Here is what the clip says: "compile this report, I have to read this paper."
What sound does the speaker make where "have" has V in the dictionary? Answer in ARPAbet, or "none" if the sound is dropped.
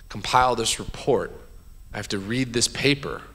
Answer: F